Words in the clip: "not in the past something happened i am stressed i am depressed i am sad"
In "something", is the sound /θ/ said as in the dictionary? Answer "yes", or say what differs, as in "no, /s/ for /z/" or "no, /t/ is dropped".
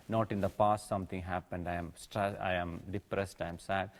no, /t/ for /θ/